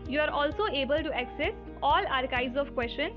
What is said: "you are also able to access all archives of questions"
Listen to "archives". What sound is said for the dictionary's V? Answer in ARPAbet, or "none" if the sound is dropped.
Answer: B